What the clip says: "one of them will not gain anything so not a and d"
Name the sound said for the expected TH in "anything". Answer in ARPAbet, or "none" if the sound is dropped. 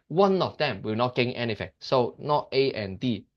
F